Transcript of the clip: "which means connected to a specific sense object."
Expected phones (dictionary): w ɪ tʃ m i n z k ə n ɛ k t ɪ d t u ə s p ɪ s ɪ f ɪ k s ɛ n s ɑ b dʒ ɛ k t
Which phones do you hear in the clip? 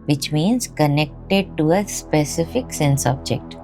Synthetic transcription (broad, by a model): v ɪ tʃ m i n z k ə n ɛ k t ɪ d t u ə s p ɪ s ɪ f ɪ k s ɛ n s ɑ b dʒ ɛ k t